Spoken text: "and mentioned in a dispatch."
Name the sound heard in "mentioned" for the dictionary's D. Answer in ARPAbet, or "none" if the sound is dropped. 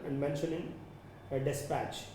none